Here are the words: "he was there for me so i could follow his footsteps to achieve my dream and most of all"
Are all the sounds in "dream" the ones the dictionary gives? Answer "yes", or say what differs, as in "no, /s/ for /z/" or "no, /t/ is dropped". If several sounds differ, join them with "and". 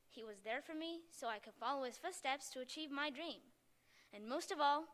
yes